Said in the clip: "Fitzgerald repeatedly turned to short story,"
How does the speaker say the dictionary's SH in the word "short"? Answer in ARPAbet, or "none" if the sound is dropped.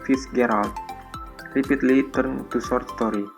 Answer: S